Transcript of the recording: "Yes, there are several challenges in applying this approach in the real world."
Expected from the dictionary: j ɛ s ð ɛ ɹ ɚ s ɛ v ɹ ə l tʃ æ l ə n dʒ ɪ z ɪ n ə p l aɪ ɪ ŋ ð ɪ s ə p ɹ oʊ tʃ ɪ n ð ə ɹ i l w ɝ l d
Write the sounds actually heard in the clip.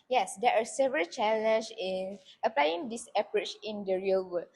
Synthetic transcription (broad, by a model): j ɛ s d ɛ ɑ s ɛ v ɹ ə l tʃ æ l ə n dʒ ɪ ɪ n ə p l aɪ ɪ ŋ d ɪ s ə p ɹ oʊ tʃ ɪ n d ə ɹ i l w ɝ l